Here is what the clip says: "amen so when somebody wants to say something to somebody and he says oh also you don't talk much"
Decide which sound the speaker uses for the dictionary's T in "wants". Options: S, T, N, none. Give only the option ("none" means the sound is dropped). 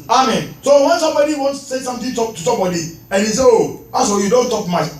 S